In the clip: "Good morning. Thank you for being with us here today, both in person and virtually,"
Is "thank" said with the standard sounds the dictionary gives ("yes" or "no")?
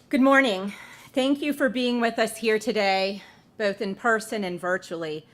yes